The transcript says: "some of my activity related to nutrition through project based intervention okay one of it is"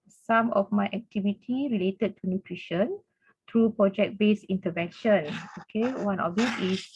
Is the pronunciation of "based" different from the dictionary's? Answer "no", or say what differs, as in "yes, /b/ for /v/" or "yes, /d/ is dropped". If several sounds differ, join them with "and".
yes, /t/ is dropped